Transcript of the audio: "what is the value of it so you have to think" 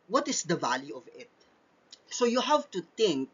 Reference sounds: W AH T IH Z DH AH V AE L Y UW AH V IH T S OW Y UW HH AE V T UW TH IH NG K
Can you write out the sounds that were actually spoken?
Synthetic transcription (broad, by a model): W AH T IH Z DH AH V AE L Y UW AH V IH T S OW Y UW HH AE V T UW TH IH NG K